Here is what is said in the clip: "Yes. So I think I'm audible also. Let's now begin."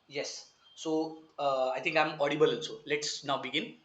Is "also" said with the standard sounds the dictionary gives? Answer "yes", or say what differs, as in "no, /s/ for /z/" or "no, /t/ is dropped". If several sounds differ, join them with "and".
no, /n/ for /l/